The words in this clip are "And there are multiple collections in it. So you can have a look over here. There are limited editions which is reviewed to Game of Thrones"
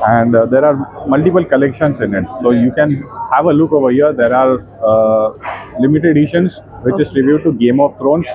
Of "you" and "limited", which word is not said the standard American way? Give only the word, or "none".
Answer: limited